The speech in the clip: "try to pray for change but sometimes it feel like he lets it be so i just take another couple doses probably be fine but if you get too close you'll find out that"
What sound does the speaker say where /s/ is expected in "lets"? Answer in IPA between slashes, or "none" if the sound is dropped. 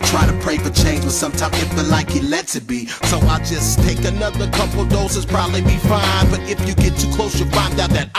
none